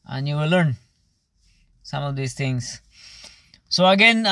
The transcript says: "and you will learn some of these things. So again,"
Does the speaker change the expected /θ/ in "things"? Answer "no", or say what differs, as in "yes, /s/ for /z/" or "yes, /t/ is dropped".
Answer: yes, /t/ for /θ/